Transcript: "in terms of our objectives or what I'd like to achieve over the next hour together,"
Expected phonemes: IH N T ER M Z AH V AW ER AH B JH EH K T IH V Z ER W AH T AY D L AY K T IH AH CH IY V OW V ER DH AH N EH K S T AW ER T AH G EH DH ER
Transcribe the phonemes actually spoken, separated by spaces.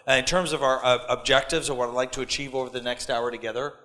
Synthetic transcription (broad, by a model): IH N T ER M Z AH V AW ER AH B JH EH K T IH V Z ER W AH T AY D L AY K T IH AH CH IY V OW V ER DH AH N EH K S T AW ER T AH G EH DH ER